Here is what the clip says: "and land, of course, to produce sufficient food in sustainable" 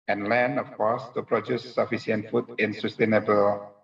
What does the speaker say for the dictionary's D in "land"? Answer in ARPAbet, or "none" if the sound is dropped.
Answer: none